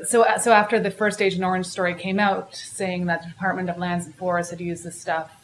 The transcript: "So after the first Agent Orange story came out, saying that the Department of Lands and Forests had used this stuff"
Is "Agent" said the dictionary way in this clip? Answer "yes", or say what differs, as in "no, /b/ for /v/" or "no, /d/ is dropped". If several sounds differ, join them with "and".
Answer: no, /t/ is dropped